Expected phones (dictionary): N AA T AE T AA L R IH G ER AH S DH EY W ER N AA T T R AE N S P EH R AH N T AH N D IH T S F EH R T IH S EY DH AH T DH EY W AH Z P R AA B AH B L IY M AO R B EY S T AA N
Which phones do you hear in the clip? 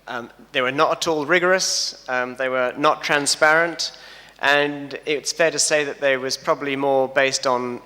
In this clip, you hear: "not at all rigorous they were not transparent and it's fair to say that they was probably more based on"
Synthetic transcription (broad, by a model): N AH T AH T AA L R IH G ER AH S DH EY W ER N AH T T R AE N S P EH R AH N T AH N IH T S F EH R T IH S EY DH AH T DH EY W AH Z P R AA B AH B L IY M AO R B EY S T N